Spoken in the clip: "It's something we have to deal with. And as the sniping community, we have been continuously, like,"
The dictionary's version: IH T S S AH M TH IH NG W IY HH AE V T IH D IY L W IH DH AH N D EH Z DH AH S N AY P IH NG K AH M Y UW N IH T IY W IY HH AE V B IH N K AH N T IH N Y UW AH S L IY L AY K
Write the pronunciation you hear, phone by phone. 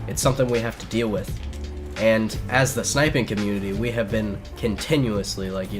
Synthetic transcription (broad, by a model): IH T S S AH M TH IH NG W IY HH AE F T IH D IY L W IH DH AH N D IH Z DH AH S N AY P IH NG K AH M Y UW N IH T IY W IY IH V B IH N K AH N T IH N Y UW AH S L IY L AY K